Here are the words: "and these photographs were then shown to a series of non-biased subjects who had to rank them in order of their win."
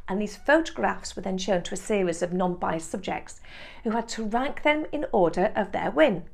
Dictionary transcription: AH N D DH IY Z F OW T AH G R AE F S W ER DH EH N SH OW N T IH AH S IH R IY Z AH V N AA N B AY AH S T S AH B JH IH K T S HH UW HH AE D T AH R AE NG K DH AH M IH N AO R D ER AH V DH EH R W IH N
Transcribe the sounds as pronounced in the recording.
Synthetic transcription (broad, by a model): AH N DH IY Z F OW T AH G R AE F S W ER DH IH N SH OW N T IH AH S IH R IY Z AH V N AA N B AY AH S S AH B JH IH K T S HH UW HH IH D T AH R AE NG K DH AH M IH N AO R D ER AH V DH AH R W IH N